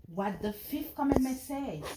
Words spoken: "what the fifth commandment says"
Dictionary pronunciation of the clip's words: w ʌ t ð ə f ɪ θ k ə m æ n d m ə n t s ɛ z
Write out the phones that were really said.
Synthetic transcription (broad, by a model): w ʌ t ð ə f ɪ f k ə m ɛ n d m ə n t s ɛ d